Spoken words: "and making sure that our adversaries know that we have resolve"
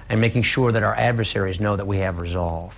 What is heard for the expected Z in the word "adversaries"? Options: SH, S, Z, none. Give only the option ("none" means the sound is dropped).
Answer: Z